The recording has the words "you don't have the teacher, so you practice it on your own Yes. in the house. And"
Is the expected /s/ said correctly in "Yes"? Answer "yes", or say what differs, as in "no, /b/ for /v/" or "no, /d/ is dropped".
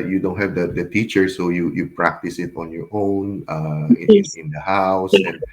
no, /s/ is dropped